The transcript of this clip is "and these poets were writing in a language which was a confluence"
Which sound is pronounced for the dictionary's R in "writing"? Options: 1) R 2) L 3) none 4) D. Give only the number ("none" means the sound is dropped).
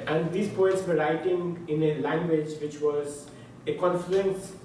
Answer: 1